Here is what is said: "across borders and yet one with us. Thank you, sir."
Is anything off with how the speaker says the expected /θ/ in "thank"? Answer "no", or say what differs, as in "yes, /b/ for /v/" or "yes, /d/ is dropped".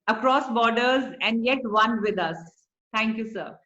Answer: yes, /t/ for /θ/